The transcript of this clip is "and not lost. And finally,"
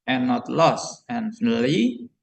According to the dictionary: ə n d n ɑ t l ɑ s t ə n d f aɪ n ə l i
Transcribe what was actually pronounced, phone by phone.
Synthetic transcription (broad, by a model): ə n n ɑ t l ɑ s ə n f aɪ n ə l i